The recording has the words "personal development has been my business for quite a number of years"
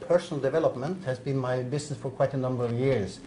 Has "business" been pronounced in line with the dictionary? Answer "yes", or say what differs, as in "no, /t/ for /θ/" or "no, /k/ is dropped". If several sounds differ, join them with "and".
no, /s/ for /z/